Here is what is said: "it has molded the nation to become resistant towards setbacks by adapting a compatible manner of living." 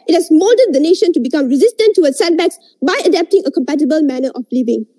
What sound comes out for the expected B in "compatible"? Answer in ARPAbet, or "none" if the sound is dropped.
B